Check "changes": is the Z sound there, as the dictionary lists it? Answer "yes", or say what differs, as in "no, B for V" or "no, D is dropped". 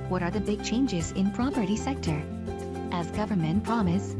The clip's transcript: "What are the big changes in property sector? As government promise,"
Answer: yes